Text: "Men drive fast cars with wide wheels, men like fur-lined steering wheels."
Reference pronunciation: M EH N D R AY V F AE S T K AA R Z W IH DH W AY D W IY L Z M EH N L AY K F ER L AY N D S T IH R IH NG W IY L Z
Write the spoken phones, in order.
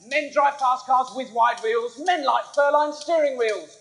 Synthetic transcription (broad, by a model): M EH N D R AY V P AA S K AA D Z W IH DH W AY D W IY L Z M EH N L AY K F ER L AY N S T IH R IH NG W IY L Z